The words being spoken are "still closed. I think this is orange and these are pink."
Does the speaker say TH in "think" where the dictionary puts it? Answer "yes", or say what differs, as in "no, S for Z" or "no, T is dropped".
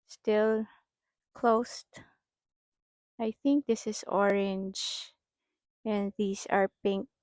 yes